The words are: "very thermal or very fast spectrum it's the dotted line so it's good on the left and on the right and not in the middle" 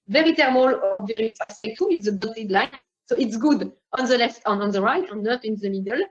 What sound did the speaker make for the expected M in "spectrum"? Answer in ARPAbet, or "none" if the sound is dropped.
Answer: none